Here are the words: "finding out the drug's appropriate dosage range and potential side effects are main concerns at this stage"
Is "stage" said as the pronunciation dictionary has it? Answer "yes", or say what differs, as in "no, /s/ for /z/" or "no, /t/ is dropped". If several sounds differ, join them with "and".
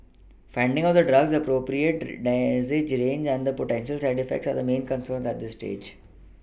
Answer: yes